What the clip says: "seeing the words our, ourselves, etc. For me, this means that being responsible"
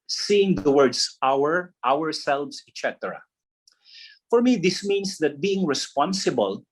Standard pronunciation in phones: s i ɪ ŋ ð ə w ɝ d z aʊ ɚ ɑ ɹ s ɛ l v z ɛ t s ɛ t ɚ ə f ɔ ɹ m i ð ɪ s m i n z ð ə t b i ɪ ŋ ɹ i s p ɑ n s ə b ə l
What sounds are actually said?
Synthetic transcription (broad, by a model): s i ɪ ŋ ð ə w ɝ d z aʊ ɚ ɑ ɹ s ɛ l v s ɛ t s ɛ t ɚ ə f ɔ ɹ m i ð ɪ s m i n s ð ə t b i ɪ ŋ ɹ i s p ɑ n s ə b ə l